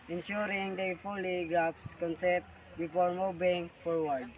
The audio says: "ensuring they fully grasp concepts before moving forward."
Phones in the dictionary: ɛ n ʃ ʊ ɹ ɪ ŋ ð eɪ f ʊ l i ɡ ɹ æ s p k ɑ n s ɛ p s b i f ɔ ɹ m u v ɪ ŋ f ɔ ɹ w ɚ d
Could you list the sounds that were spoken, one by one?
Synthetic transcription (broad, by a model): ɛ n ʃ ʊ ɹ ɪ ŋ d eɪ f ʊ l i ɡ ɹ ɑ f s k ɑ n s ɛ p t b i f ɔ ɹ m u b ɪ ŋ f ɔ ɹ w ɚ d